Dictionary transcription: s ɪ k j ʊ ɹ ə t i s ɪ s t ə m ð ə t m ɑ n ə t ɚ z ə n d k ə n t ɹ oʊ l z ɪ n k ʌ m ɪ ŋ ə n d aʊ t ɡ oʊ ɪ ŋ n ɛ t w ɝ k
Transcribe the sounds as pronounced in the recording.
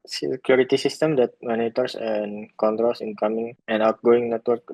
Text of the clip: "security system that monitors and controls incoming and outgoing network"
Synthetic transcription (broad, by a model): s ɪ k j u ɹ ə t i s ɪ s t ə m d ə t m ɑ n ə t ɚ s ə n k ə n t ɹ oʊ l s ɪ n k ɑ m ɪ ŋ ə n aʊ t ɡ oʊ ɪ ŋ n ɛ t w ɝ k